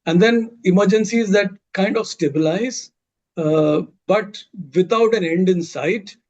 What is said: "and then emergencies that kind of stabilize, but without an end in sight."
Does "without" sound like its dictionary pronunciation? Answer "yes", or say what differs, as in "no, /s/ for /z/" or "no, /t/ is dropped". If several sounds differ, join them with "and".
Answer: no, /t/ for /θ/